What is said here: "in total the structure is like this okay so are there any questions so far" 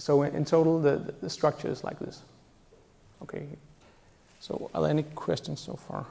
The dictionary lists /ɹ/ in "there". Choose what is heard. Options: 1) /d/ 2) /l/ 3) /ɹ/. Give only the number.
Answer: 2